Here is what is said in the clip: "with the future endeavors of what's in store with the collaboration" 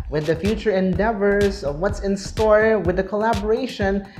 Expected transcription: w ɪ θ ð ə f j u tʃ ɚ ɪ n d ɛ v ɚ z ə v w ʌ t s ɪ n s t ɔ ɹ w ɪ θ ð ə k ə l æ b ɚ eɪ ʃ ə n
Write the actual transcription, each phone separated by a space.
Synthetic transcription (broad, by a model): w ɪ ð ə f j u tʃ ɚ ɪ n d ɛ v ɚ z ə v w ʌ t s ɪ n s t ɔ ɹ w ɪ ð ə k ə l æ b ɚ eɪ ʃ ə n